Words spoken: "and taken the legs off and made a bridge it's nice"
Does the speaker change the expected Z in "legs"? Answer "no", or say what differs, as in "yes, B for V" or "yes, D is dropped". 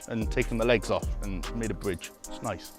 no